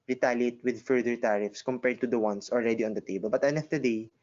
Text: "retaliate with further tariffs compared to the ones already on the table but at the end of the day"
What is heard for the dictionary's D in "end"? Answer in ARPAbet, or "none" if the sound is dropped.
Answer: none